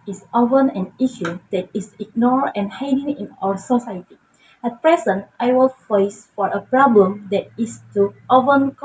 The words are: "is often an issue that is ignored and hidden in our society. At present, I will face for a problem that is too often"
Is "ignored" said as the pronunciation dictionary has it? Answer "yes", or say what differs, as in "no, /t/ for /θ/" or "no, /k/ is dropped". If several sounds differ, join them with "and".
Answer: no, /d/ is dropped